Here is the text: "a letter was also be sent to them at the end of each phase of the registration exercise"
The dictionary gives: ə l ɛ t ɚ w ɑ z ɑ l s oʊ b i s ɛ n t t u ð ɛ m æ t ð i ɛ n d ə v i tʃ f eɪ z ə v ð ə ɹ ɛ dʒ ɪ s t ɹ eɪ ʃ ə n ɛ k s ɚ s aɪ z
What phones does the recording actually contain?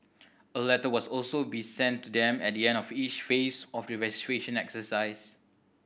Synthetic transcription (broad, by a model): ə l ɛ t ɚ w ɑ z ɑ l s oʊ b i s ɛ n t t u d ɛ m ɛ t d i ɛ n d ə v i tʃ f eɪ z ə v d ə ɹ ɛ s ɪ t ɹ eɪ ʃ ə n ɛ k s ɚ s aɪ s